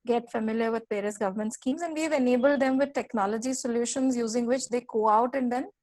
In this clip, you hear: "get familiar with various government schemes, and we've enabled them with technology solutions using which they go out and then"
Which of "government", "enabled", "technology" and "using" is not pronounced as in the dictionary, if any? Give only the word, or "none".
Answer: none